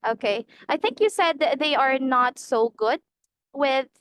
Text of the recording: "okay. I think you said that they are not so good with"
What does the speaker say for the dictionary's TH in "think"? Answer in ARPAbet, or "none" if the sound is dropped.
TH